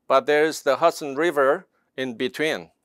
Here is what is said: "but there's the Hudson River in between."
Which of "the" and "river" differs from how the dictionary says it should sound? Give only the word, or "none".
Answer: none